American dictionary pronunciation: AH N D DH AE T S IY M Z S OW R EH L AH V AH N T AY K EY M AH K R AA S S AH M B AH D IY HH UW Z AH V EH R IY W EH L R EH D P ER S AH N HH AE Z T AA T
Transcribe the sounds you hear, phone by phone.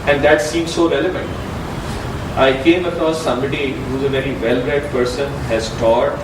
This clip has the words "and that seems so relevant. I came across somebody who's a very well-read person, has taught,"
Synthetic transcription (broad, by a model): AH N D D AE T S IY M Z S OW R EH L AH V AH N T AY K EY M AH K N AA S S AH M B AH D IY HH UW Z AH V EH R IY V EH L R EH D P ER S AH N HH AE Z T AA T